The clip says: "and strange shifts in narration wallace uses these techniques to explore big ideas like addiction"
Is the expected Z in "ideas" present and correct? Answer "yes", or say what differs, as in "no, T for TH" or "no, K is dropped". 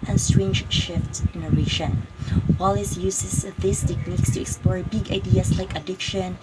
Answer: no, S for Z